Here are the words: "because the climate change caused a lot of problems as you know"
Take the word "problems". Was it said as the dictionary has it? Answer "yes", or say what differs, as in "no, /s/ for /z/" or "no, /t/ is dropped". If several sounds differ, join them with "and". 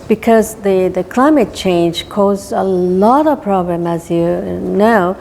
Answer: no, /z/ is dropped